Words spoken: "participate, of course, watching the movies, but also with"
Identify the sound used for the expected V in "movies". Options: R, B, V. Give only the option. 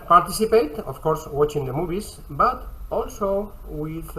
B